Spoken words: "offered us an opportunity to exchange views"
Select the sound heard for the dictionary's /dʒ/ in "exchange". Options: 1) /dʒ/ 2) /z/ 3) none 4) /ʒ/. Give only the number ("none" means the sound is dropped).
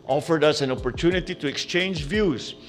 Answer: 1